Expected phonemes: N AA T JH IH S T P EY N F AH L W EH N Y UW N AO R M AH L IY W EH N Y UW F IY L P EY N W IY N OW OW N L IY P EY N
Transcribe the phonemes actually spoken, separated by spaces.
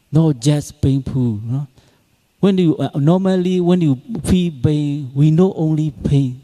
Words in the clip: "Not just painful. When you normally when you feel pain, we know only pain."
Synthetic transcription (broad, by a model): N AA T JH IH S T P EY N P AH N W EH N Y UW N AO M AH L IY W EH N Y UW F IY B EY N W IY N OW OW N L IY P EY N